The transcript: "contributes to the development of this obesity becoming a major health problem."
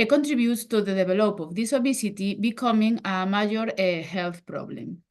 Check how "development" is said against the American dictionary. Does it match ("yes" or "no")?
no